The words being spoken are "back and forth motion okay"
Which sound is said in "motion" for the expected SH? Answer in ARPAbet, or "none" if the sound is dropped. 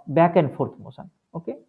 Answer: S